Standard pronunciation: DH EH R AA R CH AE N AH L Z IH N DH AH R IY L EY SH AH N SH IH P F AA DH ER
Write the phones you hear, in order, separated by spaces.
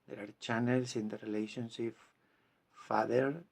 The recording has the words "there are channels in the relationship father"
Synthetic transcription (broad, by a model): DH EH R AA R CH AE N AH L S IH N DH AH R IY L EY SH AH N S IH F F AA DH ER